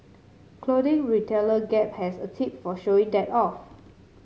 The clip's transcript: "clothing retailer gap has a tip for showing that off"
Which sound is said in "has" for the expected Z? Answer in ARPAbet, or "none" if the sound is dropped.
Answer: S